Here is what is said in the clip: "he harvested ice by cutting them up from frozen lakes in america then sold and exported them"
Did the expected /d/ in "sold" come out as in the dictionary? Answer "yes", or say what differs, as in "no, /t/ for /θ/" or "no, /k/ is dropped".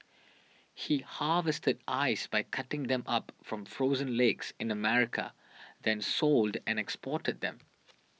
yes